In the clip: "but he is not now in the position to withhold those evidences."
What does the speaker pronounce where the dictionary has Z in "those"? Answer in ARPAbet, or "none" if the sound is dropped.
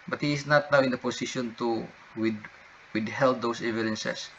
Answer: S